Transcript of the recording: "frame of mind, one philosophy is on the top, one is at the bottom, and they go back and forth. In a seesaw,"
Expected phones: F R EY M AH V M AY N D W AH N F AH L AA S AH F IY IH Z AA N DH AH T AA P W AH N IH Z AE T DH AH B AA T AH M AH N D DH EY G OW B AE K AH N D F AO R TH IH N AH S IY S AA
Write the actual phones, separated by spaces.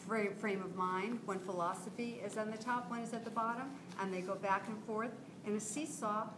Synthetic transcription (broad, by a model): F R EY M AH V M AY N D W AH N F AH L AA S AH F IY IH Z N DH AH T AA P W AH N IH Z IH T DH AH B AA T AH M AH N DH EY G OW B AE K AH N F AO R TH IH N AH S IY S AA